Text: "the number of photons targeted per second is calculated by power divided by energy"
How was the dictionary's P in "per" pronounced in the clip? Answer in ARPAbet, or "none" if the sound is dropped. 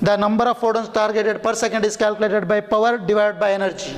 P